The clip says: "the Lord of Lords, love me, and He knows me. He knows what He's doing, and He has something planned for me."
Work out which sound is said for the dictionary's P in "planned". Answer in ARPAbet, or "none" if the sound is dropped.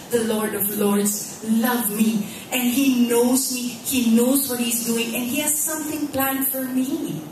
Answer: P